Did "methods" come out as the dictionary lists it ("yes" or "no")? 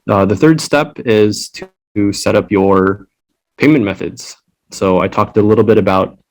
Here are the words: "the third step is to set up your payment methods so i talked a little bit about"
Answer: yes